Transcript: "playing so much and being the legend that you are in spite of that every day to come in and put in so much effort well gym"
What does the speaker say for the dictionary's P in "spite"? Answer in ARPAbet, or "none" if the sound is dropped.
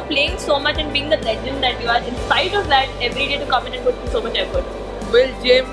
none